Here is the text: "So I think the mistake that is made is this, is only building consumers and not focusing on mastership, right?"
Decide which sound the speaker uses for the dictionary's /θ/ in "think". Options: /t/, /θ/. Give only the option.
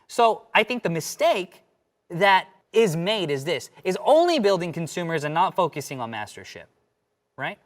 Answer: /θ/